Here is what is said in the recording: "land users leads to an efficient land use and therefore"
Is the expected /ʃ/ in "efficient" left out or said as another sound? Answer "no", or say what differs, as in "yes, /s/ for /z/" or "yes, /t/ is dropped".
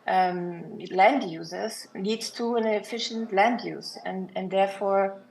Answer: no